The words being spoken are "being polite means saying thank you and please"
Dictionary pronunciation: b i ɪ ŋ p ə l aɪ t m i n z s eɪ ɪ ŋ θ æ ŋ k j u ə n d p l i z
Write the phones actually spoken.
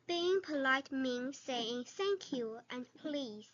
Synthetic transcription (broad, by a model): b i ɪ ŋ p ə l aɪ t m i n s eɪ ɪ ŋ s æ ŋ k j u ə n p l i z